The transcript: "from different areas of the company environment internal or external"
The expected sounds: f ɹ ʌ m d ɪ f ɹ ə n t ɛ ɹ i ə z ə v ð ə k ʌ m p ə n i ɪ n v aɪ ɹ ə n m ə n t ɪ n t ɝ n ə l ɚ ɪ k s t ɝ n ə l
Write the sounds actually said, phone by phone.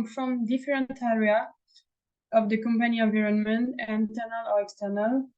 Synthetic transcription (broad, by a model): f ɹ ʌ m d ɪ f ɹ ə n t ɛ ɹ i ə ə v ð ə k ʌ m p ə n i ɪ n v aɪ ɹ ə n m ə n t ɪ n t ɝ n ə l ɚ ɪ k s t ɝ n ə l